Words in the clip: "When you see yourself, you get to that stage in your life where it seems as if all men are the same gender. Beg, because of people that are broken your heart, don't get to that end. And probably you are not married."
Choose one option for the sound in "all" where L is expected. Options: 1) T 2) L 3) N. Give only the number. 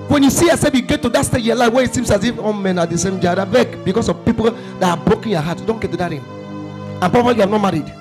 3